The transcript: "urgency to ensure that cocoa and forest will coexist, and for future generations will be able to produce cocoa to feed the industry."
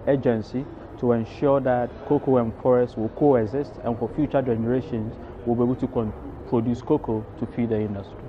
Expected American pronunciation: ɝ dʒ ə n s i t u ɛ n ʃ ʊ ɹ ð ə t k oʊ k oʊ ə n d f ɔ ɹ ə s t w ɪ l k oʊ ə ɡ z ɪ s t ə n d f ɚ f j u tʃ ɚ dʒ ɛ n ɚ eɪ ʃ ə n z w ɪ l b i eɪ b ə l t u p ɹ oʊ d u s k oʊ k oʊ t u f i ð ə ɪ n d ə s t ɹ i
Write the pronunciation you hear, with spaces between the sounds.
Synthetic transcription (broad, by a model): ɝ dʒ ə n s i t u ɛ n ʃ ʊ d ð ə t k oʊ k oʊ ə n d f ɔ ɹ ə s t w ɪ l k oʊ ə ɡ z ɪ s t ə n f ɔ f j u tʃ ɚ dʒ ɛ n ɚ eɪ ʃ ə n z w ɪ l b i eɪ b ə l t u p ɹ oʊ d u s k oʊ k oʊ t u p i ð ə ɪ n d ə s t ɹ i